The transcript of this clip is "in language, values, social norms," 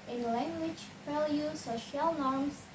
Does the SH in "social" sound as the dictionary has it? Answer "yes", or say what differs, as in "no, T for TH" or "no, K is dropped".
yes